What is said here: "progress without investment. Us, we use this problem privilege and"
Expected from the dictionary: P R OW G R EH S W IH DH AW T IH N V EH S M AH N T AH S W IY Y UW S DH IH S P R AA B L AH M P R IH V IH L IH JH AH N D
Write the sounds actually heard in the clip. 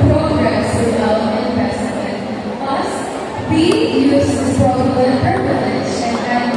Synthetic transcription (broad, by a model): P R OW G R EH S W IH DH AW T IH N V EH S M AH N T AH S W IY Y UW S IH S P AA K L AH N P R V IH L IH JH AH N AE